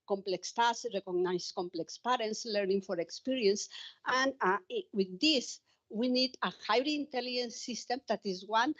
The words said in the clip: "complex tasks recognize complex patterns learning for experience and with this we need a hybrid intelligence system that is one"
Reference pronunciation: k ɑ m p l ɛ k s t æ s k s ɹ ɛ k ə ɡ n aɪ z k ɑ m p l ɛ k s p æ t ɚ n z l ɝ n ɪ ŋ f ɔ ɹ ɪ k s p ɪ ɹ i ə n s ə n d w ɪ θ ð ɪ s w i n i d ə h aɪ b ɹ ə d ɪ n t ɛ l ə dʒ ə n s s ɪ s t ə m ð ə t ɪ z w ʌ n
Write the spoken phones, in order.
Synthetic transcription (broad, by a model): k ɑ m p l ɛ k s t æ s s ɹ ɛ k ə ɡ n aɪ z k ɑ m p l ɛ k s p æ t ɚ n s l ɝ n ɪ ŋ f ɔ ɹ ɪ k s p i ɹ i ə n s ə n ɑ w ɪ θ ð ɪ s w i n i d ə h aɪ ɹ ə n t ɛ l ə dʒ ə n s s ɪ s t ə m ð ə t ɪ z w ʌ n